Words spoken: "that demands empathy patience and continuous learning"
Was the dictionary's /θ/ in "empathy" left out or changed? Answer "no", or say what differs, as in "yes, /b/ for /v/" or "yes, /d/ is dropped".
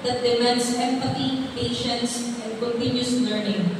yes, /t/ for /θ/